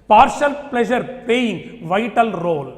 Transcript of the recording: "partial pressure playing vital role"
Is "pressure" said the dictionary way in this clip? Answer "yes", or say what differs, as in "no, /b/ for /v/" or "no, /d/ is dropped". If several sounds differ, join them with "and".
no, /l/ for /ɹ/